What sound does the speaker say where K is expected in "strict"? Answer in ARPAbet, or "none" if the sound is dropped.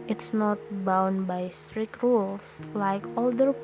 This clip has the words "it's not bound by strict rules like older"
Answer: K